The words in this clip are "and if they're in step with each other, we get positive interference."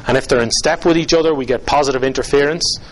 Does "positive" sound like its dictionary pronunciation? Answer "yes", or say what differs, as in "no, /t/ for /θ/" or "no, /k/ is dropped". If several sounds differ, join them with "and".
yes